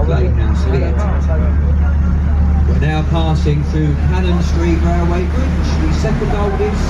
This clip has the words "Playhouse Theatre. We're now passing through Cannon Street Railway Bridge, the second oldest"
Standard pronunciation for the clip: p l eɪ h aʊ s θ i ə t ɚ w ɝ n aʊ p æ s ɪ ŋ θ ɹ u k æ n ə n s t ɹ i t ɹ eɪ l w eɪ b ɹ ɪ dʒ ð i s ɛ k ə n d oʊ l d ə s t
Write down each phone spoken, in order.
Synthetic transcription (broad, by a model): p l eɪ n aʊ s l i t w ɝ n aʊ p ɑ s ɪ ŋ θ ɹ u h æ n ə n s t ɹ i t ɹ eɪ w eɪ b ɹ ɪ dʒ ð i s ɛ k ə n d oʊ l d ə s